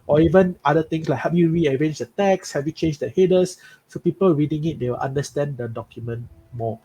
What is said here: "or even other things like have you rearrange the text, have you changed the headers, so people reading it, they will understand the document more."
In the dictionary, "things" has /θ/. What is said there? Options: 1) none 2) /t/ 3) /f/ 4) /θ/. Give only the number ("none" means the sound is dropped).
2